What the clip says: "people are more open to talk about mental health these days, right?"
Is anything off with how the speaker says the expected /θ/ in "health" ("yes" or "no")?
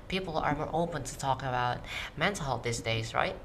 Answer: yes